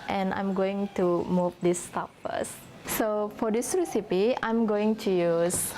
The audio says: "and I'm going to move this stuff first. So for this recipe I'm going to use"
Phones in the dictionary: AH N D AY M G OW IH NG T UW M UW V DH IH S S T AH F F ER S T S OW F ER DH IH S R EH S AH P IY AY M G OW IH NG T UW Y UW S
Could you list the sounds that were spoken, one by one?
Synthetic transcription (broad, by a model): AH N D AY M G OW IH NG T UW M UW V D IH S S T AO P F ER S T S OW F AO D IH S R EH S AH P IY AY M G OW IH NG T UW Y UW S